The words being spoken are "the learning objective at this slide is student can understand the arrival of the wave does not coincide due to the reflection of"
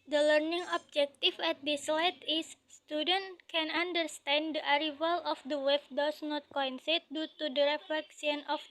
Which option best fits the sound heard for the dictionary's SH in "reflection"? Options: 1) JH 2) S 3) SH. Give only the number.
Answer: 2